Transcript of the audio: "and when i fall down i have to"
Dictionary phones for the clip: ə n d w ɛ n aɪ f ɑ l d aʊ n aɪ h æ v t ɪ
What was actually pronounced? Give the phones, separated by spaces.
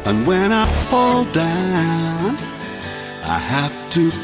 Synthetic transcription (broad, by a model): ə n w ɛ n aɪ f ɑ l d aʊ n aɪ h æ f t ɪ